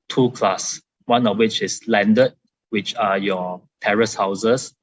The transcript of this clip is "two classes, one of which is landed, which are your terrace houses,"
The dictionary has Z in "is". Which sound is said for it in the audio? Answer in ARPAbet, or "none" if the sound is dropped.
S